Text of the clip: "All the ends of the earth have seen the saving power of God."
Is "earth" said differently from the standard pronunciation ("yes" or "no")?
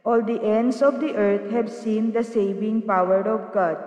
yes